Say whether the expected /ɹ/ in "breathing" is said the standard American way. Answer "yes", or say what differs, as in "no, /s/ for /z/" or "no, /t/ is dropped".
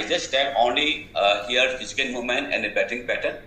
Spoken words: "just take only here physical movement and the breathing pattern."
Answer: no, /ɹ/ is dropped